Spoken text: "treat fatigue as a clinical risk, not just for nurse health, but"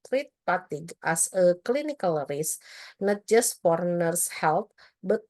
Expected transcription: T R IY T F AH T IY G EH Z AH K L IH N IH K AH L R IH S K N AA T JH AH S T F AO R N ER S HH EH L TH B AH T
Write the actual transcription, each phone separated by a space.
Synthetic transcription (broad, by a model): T R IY T P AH T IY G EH S AH K L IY N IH K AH L R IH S N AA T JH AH S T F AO R N ER S HH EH L T B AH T